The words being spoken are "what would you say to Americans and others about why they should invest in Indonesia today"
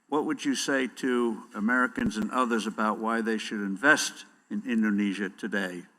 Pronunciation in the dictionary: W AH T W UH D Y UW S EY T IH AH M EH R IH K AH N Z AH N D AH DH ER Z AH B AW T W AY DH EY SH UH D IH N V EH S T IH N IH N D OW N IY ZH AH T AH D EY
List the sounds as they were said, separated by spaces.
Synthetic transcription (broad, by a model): W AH T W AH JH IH S EY T IH AH M EH R IH K AH N Z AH N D AH DH ER Z AH B AW T W AY DH EY SH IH D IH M V EH S T IH N IH N D OW N IY ZH AH T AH D EY